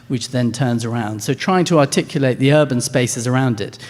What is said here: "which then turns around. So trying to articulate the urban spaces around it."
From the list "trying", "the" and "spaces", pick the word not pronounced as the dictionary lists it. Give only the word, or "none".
none